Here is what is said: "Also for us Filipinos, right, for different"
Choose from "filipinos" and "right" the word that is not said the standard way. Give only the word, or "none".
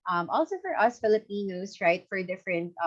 filipinos